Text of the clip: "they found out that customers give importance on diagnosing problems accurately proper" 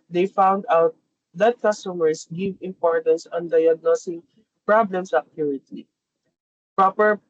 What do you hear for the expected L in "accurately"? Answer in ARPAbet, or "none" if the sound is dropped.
none